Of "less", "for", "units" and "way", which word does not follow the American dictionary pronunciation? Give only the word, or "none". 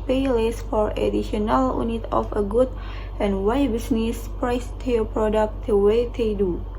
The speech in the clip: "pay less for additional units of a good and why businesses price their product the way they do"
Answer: units